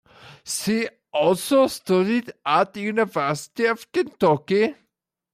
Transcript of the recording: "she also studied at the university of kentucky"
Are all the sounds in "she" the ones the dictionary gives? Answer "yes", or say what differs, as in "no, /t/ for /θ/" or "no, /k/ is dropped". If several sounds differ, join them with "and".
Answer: no, /s/ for /ʃ/